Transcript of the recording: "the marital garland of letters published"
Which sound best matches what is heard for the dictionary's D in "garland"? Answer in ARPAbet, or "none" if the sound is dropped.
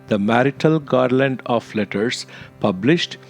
D